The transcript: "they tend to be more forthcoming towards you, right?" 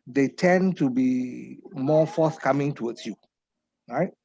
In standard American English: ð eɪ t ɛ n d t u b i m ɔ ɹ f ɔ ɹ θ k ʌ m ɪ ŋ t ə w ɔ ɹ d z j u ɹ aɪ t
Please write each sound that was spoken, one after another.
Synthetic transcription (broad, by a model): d eɪ t ɛ n t u b i m ɔ f ɔ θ k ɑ m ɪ ŋ t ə w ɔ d s j u ɹ aɪ t